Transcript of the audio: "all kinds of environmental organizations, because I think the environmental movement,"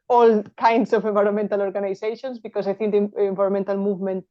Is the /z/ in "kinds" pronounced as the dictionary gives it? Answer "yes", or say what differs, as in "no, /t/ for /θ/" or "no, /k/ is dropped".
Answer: no, /s/ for /z/